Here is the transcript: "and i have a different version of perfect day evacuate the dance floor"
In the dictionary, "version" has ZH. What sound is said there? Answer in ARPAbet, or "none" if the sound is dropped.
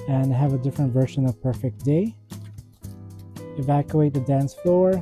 SH